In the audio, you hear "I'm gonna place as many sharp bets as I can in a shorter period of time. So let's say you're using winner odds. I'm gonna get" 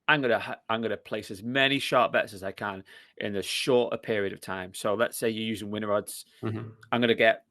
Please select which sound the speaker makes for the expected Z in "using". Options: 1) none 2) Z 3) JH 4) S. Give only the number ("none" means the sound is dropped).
2